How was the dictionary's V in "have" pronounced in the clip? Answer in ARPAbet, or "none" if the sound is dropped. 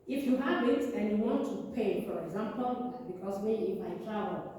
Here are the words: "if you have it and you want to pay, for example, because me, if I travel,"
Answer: W